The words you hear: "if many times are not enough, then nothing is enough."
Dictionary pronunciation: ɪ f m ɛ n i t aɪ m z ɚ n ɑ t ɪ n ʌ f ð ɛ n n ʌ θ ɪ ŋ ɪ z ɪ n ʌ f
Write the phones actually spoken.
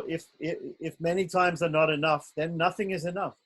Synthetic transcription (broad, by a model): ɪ f m ɛ n i t aɪ m z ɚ n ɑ t ɪ n ʌ f ð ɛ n n ʌ θ ɪ ŋ ɪ z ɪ n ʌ f